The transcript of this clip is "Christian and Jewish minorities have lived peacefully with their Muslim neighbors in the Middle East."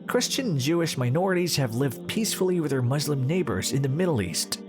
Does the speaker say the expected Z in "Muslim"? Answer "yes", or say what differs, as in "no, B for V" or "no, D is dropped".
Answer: yes